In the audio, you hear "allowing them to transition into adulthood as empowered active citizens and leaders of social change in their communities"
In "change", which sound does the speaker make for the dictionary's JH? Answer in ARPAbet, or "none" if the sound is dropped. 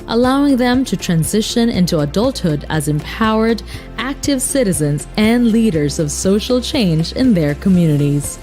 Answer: JH